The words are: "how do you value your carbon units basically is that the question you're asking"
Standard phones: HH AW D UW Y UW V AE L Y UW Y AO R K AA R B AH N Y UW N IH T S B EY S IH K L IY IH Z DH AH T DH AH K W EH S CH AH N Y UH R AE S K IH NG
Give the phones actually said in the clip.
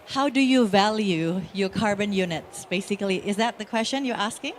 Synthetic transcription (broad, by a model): HH AW D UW Y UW V AE L Y UW Y AO R K AA R B AH N Y UW N IH T S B EY S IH K L IY IH Z DH AH T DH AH K W EH S CH AH N Y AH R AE S K IH NG